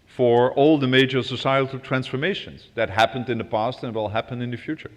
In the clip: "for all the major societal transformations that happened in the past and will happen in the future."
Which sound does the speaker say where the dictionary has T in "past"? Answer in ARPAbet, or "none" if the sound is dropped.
T